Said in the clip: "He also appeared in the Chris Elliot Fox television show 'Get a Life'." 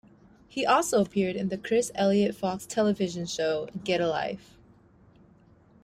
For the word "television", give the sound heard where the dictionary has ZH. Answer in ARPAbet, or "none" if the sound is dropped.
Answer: ZH